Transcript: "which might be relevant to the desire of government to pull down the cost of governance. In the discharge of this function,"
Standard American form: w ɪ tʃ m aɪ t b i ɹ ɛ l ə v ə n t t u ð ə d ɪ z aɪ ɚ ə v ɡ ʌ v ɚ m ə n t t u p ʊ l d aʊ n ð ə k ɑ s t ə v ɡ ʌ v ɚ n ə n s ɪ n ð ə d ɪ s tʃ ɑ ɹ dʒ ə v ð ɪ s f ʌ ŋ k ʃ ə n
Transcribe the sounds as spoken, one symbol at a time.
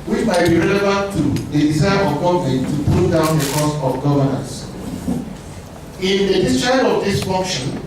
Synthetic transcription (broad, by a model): w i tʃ m aɪ t b i ɹ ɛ l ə v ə n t t u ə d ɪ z aɪ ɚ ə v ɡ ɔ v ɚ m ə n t t u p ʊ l d aʊ n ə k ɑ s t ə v ɡ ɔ v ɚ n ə n s ɪ n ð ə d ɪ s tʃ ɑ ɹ ə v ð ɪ s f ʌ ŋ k ʃ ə n